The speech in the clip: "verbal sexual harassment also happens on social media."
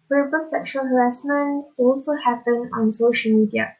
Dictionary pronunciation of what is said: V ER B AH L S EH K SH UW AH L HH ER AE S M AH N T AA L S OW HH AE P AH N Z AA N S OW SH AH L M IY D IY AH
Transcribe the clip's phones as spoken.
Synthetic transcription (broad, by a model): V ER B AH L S EH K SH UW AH L HH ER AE S M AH N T AA L S OW HH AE P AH N AA N S OW SH AH L M IY D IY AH